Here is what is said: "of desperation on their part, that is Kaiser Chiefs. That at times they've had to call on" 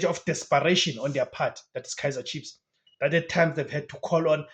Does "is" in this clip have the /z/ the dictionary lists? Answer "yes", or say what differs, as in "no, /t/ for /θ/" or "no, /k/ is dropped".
no, /s/ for /z/